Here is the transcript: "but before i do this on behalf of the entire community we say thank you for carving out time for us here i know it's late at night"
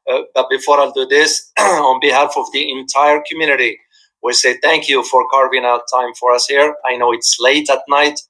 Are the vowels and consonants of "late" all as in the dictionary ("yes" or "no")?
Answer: yes